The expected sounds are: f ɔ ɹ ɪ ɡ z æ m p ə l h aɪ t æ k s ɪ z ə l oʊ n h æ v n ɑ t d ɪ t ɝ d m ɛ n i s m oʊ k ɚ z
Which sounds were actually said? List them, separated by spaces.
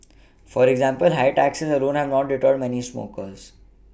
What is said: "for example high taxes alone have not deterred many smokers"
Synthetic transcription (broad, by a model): f ɔ ɹ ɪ ɡ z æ m p ə l h aɪ t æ k s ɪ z ə l oʊ n h æ v n ɑ t d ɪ t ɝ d m ɛ n i s m oʊ k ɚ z